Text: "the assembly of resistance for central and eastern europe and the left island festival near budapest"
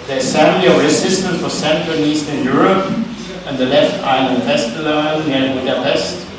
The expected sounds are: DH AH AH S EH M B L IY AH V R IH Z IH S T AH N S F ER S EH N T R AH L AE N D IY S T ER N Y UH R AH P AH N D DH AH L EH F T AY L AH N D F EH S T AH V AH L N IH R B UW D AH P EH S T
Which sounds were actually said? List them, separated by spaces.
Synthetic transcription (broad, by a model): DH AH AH S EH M L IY AH V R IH S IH S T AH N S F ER S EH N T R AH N IY S T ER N Y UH R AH P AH N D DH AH L EH F T AY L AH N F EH S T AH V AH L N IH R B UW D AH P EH S T